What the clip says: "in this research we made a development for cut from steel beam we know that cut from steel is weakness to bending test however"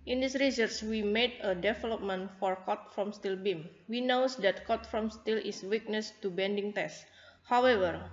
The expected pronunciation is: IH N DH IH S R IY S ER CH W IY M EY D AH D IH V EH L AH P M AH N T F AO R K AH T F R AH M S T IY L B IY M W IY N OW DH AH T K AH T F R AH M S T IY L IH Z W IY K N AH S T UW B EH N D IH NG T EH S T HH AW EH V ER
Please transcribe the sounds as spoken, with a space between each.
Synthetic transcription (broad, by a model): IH N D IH S R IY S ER S W IY M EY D AH D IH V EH L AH P M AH N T F AO R K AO T F R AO M S T IY L B IY M W IY N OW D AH T K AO T F R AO M S T IY L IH S W IY K N AH S T UW B EH N D IH NG T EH S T HH AW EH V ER